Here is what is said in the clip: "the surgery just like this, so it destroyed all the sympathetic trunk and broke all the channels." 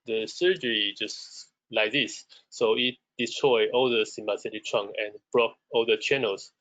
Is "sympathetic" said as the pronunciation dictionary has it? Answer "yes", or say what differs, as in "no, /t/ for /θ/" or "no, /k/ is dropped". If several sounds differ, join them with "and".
no, /b/ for /p/ and /s/ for /θ/